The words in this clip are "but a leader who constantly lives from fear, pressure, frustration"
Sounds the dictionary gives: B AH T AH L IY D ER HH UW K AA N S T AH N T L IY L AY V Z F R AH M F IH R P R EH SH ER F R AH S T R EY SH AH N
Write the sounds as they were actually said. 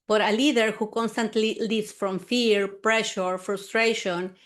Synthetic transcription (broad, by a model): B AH T AH L IY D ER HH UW K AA N S T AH N T L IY L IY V S F R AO M F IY R P R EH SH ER F R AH S T R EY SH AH N